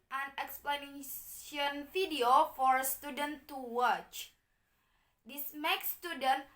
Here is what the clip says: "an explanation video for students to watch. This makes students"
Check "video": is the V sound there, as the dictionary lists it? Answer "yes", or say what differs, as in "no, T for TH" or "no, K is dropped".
no, F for V